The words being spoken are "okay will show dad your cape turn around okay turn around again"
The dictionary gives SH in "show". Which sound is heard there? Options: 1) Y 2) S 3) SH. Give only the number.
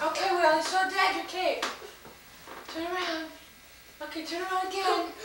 2